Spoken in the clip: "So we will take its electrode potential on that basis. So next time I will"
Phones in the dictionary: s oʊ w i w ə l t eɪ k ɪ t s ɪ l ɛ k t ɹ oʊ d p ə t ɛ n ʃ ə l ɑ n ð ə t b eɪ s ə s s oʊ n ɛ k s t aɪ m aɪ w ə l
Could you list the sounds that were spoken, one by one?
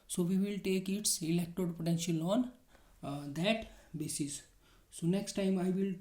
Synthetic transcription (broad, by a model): s oʊ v i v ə l t eɪ k ɪ t s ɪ l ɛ k t oʊ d p ə t ɛ n ʃ ə l ɑ n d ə t b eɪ s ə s s oʊ n ɛ k s t aɪ m aɪ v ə l